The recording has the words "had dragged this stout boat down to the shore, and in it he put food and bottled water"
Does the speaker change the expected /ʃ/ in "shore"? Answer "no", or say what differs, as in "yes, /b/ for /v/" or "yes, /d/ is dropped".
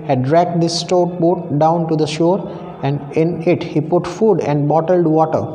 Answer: no